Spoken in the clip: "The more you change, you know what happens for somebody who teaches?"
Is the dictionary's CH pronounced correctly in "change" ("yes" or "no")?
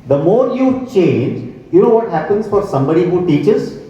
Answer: yes